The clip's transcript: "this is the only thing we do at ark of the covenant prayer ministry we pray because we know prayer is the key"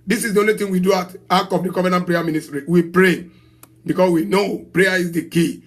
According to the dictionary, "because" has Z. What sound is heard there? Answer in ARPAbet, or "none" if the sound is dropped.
S